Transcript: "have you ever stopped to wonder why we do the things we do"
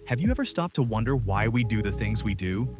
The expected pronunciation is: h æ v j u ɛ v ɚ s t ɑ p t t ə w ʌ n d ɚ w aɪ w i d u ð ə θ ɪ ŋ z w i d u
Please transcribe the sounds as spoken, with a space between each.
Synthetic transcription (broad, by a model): h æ v j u ɛ v ɚ s t ɑ p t t ə w ʌ n d ɚ w aɪ w i d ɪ ð ə θ ɪ ŋ z w i d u